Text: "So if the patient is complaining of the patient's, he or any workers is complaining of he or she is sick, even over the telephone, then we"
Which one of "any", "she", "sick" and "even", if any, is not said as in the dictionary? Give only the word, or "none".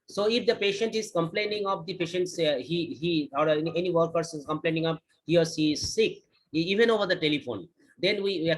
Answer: she